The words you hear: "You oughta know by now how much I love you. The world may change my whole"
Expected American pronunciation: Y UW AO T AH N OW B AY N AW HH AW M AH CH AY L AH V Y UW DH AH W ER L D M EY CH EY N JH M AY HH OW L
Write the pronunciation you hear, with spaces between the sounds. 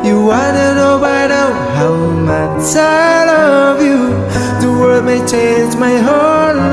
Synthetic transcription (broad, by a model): Y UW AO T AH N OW B AY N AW HH AW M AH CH AY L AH V Y UW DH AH W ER D M EY CH EY N JH M AY HH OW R